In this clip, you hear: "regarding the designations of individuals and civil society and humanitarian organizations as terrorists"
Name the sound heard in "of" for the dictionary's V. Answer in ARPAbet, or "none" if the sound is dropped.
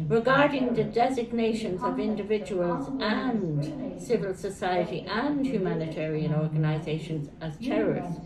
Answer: V